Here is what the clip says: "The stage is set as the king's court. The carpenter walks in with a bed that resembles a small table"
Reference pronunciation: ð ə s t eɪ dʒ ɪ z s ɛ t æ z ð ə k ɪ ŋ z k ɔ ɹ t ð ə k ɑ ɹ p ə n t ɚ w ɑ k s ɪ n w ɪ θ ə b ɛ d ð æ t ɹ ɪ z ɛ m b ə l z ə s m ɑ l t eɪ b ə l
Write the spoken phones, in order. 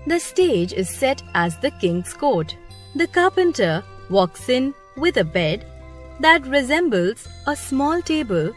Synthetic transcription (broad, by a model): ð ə s t eɪ dʒ ɪ z s ɛ t æ z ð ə k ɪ ŋ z k ɔ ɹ t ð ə k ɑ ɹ p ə n t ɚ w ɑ k s ɪ n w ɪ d ə b ɛ d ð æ t ɹ ɪ z ɛ m b ə l z ə s m ɑ l t eɪ b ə l